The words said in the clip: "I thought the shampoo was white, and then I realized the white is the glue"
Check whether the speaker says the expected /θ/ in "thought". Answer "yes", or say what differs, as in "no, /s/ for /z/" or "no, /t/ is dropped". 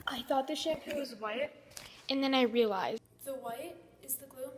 yes